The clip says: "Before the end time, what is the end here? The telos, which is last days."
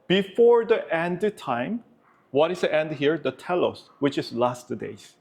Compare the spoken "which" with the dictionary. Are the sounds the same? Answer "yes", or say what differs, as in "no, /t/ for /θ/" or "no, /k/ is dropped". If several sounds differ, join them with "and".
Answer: yes